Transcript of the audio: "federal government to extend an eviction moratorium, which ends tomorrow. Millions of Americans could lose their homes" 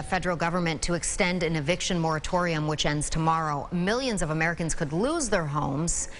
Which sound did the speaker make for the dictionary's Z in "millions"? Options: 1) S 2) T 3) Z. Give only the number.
3